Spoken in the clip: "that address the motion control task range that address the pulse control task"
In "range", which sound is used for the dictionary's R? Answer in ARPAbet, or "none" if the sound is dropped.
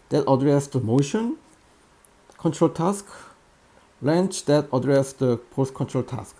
L